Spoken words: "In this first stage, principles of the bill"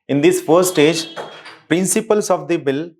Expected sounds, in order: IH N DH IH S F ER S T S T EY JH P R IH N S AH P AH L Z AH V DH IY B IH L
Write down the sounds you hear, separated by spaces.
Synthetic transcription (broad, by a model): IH N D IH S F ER T S T EY JH P R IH N S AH P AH L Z AH V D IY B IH L